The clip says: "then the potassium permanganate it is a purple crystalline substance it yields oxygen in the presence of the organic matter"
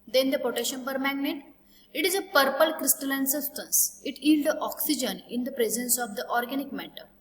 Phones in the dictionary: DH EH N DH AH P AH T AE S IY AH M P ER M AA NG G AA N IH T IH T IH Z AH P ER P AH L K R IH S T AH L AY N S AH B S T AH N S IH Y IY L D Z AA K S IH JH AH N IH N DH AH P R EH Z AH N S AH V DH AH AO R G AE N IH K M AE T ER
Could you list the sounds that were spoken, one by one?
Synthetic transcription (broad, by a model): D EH N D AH P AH T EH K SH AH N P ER M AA G N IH T IH T IH Z AH P ER P AH L K R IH S T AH L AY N S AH S T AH N S IH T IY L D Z AA K S IH JH AH N IH N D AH P R EH Z AH N S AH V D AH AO R G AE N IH K M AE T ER